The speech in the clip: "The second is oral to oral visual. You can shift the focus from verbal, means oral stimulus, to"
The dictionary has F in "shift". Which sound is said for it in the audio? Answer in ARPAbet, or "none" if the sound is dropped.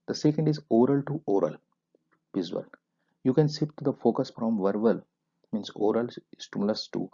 P